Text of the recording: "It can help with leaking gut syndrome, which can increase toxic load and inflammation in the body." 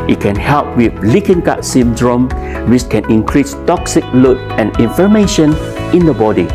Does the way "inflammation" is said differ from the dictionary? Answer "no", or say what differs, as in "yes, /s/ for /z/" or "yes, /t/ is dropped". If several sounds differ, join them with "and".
yes, /l/ is dropped